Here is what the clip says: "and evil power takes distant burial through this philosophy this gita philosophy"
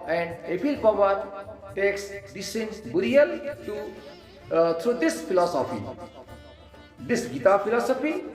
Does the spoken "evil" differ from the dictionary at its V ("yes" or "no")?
yes